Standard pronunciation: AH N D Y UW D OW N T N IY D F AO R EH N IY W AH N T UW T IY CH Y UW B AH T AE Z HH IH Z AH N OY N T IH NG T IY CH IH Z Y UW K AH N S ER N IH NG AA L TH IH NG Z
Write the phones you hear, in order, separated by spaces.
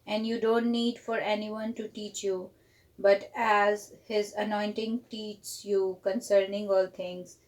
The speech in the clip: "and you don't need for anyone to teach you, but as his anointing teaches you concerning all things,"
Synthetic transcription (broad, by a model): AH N D Y UW D OW N T N IY D F AO R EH N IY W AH N T UW T IY CH Y UW B AH T AE Z HH IH Z AH N OY N T IH NG T IY CH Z Y UW K AH N S ER N IH NG AA L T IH NG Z